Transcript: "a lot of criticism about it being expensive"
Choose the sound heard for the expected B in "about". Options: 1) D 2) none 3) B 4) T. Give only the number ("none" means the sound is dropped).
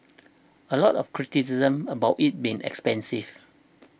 3